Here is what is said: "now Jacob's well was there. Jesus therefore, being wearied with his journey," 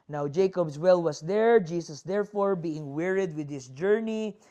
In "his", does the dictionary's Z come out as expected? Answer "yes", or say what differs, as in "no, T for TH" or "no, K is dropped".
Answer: no, S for Z